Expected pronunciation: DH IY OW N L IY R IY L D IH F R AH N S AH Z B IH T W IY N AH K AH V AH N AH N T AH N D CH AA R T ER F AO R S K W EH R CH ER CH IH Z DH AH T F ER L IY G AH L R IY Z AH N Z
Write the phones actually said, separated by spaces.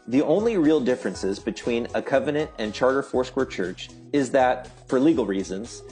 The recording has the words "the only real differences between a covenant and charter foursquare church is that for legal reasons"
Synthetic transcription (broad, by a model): DH IY OW N L IY R IY L D IH F R AH N S AH Z B IH T W IY N AH K AH V AH N AH N T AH N CH AA R T ER F AO R S K W EH R CH ER CH IH Z DH AH T F ER L IY G L R IY Z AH N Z